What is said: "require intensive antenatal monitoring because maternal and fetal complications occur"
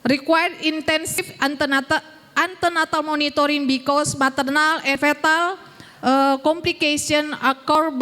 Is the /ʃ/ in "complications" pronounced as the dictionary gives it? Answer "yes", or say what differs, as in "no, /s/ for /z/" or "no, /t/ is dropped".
no, /s/ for /ʃ/